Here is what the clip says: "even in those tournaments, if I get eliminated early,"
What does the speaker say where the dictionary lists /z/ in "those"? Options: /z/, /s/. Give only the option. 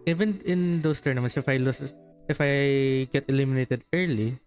/s/